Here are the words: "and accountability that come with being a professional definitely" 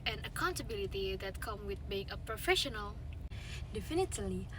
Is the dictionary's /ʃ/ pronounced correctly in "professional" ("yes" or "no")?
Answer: yes